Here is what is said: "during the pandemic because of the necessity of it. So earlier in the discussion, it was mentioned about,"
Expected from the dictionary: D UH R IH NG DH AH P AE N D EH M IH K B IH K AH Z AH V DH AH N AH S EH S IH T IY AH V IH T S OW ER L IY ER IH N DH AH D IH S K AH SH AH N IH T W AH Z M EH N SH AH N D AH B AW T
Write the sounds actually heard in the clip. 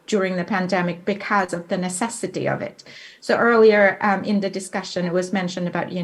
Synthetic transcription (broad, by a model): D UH R IH NG DH AH P AE N D EH M IH K B IH K AH Z AH V DH AH N AH S EH S IH T IY AH V IH T S OW ER L IY ER IH N DH AH D IH S K AH SH AH N IH T W AH Z M EH N SH AH N D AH B AW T